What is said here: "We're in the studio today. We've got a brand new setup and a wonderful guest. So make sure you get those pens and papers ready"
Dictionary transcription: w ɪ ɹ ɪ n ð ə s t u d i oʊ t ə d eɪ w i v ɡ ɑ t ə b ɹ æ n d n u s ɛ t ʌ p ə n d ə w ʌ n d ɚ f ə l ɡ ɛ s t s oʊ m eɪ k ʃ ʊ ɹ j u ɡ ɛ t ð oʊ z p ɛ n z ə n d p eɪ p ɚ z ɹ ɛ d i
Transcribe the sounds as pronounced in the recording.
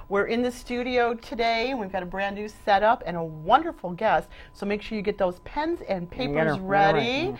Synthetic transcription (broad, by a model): w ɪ ɹ ɪ n ð ə s t u d i oʊ t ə d eɪ w i v ɡ ɑ t ə b ɹ æ n d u s ɛ t ʌ p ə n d ə w ʌ n d ɚ f l ɡ ɛ s t s oʊ m eɪ k ʃ ʊ ɹ j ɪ ɡ ɛ t ð oʊ z p ɛ n z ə n p eɪ p ɚ z ɹ ɛ d i